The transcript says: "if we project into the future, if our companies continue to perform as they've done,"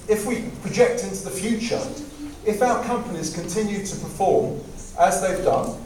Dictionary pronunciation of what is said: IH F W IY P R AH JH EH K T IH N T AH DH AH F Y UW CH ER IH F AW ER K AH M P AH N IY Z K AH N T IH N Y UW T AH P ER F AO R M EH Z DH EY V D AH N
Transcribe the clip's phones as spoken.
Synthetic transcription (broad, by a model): IH F W IY P R AH JH EH K T IH N T AH DH AH F Y UW CH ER IH F AW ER K AH M P AH N IY Z K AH N T IH N Y UW T AH P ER F AO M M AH Z DH EY V D AH N